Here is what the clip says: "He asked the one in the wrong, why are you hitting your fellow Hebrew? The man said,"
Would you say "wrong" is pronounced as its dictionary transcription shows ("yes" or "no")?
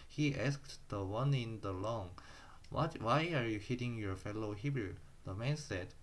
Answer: no